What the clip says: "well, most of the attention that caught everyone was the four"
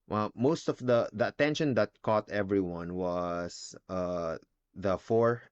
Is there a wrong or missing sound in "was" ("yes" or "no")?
yes